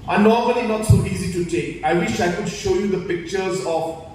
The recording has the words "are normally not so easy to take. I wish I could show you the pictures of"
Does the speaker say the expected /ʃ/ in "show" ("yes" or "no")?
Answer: yes